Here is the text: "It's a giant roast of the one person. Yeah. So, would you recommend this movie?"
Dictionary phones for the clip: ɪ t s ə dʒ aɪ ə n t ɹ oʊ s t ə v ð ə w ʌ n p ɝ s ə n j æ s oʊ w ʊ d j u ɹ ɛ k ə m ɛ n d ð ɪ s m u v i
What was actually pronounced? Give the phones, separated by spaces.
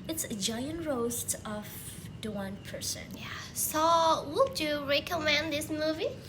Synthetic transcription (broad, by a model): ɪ t s ə dʒ aɪ ə n t ɹ oʊ s t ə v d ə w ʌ n p ɝ s ə n j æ s oʊ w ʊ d j u ɹ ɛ k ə m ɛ n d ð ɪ s m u v i